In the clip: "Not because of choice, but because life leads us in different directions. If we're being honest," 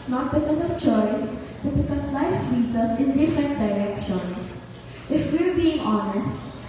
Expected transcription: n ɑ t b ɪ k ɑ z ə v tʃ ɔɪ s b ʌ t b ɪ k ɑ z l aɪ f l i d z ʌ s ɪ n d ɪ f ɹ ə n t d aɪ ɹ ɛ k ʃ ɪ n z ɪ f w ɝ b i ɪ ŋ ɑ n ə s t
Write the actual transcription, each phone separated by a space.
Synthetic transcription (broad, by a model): n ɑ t b ɪ k ɑ z ə v tʃ ɔɪ s b ʌ t b ɪ k ɑ z l aɪ f l i d z ʌ s ɪ n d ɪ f ə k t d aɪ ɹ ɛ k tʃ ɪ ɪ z ɪ f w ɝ b i ɪ ŋ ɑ n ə s t